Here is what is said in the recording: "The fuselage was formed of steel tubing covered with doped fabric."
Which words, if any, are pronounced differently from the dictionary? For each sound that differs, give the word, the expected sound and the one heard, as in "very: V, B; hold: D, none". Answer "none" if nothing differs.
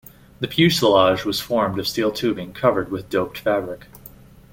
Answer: fuselage: F, P; fuselage: JH, ZH